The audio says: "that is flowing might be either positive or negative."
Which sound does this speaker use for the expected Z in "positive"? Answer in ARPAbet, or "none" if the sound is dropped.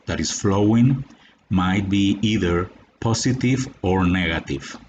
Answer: S